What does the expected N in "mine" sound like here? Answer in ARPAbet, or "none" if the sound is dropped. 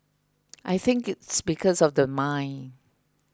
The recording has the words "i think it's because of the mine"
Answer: N